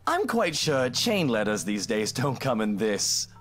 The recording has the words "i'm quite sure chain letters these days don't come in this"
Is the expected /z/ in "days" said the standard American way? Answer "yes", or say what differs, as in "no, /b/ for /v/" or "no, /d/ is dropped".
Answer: yes